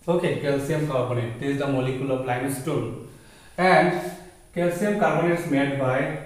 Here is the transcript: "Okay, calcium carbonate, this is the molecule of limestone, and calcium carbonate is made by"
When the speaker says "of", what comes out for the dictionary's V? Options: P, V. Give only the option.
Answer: P